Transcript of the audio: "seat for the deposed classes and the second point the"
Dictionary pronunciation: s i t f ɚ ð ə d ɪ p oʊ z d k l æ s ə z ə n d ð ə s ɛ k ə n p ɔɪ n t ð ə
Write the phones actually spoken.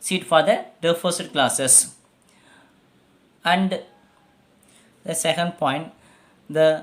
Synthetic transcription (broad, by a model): s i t f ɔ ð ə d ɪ f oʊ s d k l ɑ s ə s ə n d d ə s ɛ k ə n p ɔɪ n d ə